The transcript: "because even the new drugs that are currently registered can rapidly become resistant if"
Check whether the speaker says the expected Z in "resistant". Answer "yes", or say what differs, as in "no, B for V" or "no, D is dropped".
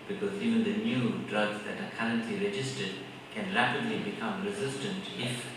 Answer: yes